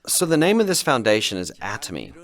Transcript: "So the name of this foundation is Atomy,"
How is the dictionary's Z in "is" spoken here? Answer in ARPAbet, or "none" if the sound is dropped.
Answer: Z